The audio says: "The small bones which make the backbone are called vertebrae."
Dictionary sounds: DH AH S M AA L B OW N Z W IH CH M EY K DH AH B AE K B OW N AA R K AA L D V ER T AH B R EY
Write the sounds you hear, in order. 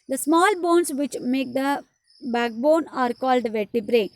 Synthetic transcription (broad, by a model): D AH S M AA L B OW N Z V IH CH M EY K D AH B AE K B OW N AA R K AA L D V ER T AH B R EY